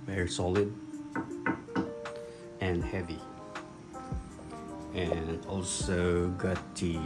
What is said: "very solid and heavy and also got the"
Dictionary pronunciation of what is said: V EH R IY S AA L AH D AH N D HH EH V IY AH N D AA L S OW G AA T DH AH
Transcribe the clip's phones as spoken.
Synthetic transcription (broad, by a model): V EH R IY S AA L AH D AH N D HH EH V IY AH N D AA L S OW G AA T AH